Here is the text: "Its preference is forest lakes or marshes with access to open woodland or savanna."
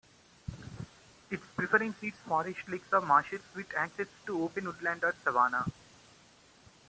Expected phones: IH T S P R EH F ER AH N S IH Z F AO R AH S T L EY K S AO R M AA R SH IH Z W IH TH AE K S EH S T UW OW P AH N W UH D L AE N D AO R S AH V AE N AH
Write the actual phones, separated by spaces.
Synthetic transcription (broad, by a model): IH T S P R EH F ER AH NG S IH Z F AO R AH SH T L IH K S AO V M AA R SH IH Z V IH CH AE K S EH S T UW OW P AH N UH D L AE N D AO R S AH V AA N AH